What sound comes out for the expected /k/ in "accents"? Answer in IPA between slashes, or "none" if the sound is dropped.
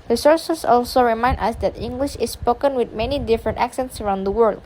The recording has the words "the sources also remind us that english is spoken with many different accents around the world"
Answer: /k/